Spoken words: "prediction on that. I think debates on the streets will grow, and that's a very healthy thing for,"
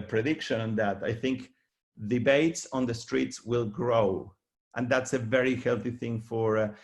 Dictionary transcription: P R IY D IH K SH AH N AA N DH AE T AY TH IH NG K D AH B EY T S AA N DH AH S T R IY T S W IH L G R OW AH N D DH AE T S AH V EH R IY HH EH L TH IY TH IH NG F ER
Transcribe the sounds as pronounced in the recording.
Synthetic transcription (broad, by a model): P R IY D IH K SH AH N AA N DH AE T AY TH IH NG K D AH B EY T S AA N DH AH S T R IY T S W IH L G R OW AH N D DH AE T S AH V EH R IY HH EH L TH IY TH IH NG F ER